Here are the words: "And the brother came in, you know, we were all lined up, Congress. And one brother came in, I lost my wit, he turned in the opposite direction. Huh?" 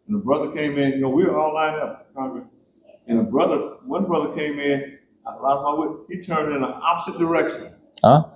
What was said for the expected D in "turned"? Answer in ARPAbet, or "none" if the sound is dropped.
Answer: D